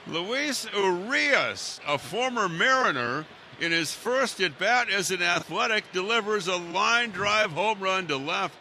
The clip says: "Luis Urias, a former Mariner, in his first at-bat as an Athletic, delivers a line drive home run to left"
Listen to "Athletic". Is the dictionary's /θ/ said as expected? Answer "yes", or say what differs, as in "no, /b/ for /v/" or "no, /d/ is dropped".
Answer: yes